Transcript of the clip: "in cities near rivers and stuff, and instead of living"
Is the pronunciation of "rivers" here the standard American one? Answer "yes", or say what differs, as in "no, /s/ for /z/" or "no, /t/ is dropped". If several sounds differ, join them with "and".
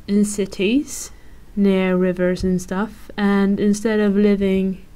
yes